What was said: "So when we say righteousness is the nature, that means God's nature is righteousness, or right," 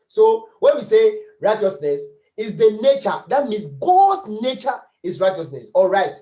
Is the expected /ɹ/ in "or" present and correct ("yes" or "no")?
no